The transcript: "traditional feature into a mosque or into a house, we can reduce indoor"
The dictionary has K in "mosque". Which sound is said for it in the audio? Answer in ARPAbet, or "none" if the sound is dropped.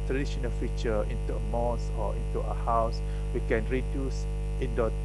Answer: none